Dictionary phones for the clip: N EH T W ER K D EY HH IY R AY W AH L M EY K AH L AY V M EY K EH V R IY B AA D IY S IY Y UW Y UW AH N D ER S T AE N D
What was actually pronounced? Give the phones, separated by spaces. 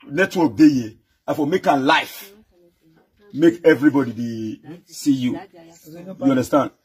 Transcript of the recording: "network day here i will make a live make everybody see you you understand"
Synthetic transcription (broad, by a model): N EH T W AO K D EY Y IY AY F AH M EY K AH L AY F M EY K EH V R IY B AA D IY S IY Y UW Y UW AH N D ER S T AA N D